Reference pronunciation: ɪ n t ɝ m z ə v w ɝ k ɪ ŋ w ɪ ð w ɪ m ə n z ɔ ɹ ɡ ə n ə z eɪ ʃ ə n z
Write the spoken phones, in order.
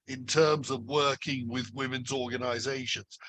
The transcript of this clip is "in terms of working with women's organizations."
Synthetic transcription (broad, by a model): ɪ n t ɝ m z ə v w ɝ k ɪ ŋ w ɪ ð w ɪ m ə n z ɔ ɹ ɡ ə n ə z eɪ ʃ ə n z